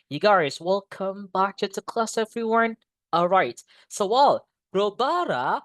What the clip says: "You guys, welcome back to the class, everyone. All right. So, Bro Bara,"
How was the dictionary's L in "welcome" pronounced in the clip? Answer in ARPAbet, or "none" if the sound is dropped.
L